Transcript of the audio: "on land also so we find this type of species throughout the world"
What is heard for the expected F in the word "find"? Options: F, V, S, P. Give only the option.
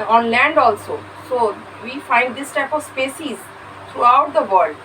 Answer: F